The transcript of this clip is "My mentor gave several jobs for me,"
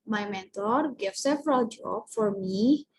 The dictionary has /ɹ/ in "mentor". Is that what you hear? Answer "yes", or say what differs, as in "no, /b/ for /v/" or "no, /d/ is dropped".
yes